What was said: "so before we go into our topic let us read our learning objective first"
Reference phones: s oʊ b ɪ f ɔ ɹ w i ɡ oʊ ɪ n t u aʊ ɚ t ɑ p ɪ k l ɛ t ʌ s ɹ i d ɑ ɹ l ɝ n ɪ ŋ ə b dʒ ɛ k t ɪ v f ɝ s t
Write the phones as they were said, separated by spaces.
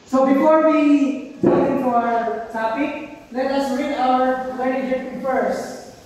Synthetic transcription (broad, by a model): s oʊ b ɪ f ɔ ɹ w i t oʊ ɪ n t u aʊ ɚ t ɑ p ɪ k l ɛ t ʌ s ɹ i d ɑ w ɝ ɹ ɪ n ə dʒ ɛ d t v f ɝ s